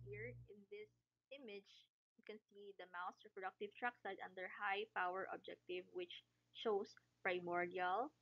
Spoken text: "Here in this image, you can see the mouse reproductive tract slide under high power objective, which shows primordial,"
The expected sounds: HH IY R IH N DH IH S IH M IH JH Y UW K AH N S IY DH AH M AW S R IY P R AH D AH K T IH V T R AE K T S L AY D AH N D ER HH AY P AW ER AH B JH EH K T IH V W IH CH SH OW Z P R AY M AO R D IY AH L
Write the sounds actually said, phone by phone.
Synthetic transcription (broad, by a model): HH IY R IH N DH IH S IH M IH JH Y UW K AH N S IY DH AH M AW S R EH P R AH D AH K T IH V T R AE K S AY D AH N D ER HH AY P AW ER AH B JH EH K T IH V W IH CH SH OW S P R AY M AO R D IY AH L